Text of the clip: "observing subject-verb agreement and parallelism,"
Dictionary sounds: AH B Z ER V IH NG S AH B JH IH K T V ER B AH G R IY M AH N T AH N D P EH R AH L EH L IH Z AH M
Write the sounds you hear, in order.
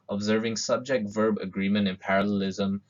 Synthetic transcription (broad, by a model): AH B Z ER V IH NG S AH B JH IH K T V ER B AH G R IY M AH N T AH N P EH R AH L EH L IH Z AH M